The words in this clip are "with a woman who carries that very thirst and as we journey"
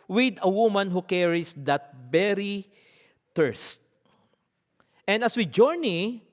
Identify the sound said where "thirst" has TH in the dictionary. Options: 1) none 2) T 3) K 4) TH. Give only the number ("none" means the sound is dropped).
2